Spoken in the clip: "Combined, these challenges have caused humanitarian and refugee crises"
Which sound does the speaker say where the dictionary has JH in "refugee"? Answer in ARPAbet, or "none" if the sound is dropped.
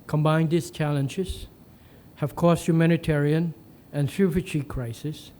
CH